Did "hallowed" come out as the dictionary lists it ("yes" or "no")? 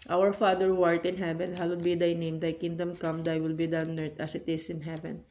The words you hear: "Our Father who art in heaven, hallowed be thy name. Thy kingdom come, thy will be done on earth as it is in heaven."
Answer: no